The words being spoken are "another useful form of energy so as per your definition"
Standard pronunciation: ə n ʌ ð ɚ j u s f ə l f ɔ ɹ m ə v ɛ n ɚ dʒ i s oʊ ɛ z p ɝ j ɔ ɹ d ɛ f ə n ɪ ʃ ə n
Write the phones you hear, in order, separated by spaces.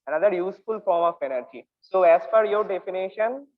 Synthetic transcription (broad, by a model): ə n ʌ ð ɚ j u s f ə l f ɔ ɹ m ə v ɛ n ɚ dʒ i s oʊ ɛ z f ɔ j ɔ ɹ d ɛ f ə n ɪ ʃ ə n